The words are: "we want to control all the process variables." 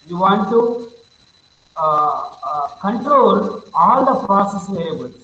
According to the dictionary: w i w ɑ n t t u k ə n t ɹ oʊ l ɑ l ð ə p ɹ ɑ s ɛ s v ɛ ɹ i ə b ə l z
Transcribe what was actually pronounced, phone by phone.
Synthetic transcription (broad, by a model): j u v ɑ n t t u k ə n t ɹ oʊ l ɑ l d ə p ɹ ɑ s ɛ s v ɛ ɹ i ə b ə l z